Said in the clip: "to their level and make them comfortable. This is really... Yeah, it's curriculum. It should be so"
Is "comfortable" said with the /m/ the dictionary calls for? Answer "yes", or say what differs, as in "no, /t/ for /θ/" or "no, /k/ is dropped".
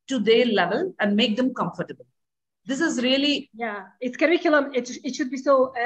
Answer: yes